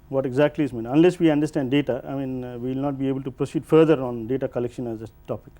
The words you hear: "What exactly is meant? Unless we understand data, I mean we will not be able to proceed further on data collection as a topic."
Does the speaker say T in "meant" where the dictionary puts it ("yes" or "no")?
no